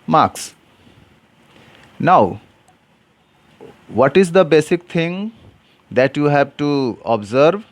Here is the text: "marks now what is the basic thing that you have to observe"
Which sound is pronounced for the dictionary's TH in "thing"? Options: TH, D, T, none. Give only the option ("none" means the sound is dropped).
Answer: T